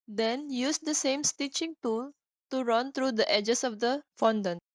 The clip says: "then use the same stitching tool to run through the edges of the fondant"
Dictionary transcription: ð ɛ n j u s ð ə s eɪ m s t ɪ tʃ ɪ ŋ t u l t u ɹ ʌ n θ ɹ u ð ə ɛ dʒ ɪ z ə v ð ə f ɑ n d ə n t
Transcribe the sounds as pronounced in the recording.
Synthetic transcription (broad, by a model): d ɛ n j u s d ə s eɪ m s t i tʃ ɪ ŋ t u l t u ɹ ʌ n t ɹ u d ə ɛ dʒ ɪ s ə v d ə f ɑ n d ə n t